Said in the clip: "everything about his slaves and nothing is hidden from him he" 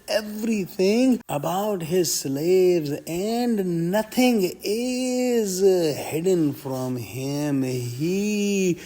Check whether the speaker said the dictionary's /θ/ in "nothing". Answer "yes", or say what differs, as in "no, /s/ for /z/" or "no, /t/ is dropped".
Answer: no, /t/ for /θ/